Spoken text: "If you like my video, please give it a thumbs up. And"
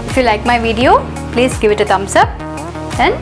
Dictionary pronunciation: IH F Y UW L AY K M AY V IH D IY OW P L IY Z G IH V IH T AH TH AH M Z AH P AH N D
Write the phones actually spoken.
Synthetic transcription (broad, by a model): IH F Y UW L AY K M AY V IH D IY OW P L IY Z G IH V IH T AH T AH M S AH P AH N